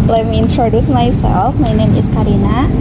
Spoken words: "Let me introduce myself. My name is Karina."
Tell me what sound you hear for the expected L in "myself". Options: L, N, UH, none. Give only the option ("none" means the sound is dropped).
L